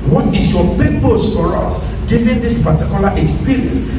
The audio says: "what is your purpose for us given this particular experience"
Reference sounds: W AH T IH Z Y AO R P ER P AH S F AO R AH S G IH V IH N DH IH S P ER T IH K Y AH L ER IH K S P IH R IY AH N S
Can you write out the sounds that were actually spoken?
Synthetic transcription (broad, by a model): W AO T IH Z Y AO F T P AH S F AO R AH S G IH V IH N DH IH S P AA T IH K Y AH L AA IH K S P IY R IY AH N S